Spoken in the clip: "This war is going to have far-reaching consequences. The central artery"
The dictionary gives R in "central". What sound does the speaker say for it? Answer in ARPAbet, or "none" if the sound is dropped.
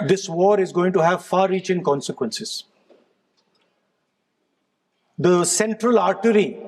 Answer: R